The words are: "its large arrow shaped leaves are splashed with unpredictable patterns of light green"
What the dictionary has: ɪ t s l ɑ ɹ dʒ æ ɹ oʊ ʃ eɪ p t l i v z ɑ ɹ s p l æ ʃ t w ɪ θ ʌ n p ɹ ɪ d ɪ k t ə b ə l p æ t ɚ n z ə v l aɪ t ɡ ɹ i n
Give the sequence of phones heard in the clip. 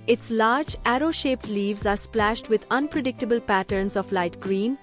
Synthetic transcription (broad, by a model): ɪ t s l ɑ ɹ dʒ æ ɹ oʊ ʃ eɪ p t l i v z ɑ ɹ s p l æ ʃ t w ɪ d ʌ n p ɹ ɪ d ɪ k t ə b ə l p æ t ɚ n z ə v l aɪ t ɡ ɹ i n